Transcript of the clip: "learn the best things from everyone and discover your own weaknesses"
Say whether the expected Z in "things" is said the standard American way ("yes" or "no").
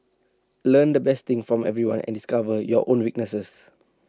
no